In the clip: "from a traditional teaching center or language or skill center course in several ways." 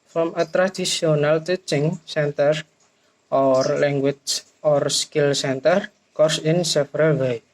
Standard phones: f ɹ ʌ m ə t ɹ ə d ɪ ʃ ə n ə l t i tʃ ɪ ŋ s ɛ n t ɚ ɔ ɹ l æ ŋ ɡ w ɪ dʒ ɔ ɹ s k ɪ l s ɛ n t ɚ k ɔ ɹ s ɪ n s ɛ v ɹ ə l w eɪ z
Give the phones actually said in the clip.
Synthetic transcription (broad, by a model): f ɹ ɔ m ə t ɹ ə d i s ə n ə l t i tʃ ɪ ŋ s ɛ n t ɚ ɔ ɹ l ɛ ŋ ɡ w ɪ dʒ ɔ ɹ s k ɪ l s ɛ n t ɚ k ɔ ɹ s ɪ n s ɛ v ɹ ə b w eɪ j